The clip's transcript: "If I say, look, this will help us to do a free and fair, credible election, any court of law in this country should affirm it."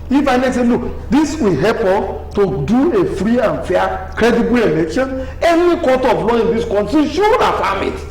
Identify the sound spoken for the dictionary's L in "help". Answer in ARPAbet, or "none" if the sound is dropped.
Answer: none